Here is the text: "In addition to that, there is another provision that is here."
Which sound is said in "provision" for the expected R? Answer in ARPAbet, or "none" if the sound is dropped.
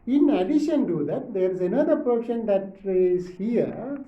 none